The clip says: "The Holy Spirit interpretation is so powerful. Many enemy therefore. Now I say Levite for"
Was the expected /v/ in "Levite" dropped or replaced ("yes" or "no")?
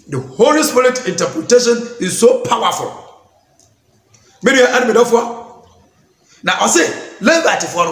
yes